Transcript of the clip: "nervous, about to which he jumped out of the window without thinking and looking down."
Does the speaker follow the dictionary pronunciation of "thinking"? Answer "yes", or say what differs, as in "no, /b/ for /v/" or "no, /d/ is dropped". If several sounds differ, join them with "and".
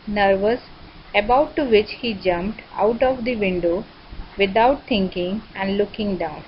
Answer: no, /t/ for /θ/